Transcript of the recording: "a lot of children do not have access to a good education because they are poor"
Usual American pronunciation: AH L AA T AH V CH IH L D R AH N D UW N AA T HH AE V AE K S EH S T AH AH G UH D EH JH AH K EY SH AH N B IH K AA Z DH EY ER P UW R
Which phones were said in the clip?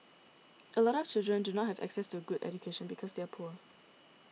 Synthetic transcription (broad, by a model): AH L AA T AH V CH IH L D R AH N D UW N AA T HH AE V AE K S EH S T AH AH G UH D EH JH AH K EY SH AH N B IH K AA Z DH EY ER P UW R